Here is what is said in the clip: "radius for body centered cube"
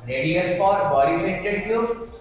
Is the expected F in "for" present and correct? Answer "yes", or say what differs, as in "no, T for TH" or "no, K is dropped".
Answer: no, P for F